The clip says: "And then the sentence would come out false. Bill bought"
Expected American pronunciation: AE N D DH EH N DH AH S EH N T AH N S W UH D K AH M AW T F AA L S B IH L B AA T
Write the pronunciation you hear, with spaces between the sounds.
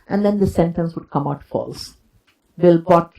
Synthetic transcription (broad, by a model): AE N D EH N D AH S EH N T AH N S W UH D K AH M AW T F AA L S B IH L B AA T